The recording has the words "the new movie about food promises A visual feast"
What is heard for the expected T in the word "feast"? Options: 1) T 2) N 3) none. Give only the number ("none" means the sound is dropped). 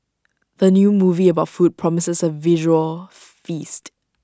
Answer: 1